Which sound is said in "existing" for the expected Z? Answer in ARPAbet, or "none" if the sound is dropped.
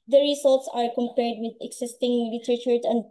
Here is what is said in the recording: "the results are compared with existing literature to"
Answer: S